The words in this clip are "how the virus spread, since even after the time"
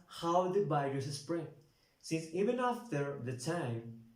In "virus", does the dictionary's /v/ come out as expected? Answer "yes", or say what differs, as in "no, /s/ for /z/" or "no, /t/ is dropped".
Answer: no, /b/ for /v/